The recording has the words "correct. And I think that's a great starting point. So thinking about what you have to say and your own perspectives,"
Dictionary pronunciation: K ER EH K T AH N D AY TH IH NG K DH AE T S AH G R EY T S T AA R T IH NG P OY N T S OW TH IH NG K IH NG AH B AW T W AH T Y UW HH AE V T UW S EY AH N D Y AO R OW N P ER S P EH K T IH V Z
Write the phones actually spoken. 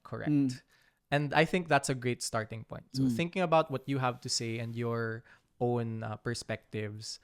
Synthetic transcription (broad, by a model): K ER EH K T AH N D AY TH IH NG K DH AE T S AH G R EY T S T AA R T IH NG P OY N T S OW TH IH NG K IH NG AH B AW T W AH T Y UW HH AE V T UW S EY AH N D Y AO R OW N P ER S P EH K T IH V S